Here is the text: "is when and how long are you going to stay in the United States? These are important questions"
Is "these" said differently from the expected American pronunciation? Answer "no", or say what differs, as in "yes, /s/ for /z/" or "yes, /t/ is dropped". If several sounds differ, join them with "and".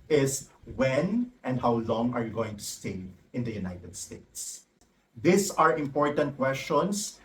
yes, /s/ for /z/